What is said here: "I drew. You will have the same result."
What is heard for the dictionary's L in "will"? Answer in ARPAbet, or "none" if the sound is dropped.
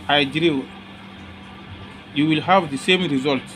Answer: L